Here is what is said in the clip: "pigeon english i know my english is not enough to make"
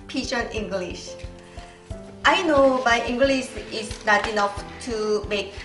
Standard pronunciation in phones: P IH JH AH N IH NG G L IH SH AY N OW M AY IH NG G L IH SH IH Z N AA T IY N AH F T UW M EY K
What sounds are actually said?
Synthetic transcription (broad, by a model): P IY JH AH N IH NG G L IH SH AY N OW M AY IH NG G L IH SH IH S N AA T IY N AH F T UW M EY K